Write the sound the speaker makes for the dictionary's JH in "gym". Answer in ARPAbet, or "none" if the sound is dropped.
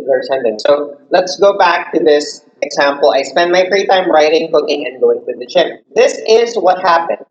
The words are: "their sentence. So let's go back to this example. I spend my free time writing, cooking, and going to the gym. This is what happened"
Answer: CH